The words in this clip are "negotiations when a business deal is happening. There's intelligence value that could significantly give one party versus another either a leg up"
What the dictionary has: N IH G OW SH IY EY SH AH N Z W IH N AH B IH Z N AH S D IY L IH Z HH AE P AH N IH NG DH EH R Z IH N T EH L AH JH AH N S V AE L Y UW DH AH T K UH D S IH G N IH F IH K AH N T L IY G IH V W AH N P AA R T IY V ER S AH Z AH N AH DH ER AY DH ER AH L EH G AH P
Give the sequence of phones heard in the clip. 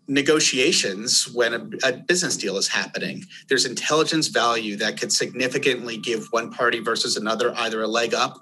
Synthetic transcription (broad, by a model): N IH G OW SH IY EY SH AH N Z W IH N AH B IH Z N AH S D IY L IH Z HH AE P AH N IH NG DH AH R Z IH N T EH L AH JH AH N S V AE L Y UW DH AH T K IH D S IH G N IH F IH K AH N T L IY G IH V W AH N P AA R T IY V ER S AH Z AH N AH DH ER AY DH ER AH L EH G AH P